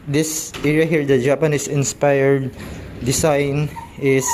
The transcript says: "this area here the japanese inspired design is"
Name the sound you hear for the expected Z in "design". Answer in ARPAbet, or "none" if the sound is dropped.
S